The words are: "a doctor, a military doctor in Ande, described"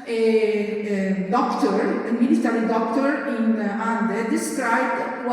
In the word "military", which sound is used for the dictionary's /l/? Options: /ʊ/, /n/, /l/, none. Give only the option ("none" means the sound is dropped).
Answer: /n/